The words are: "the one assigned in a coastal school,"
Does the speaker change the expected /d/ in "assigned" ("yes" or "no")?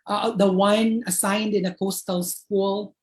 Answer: no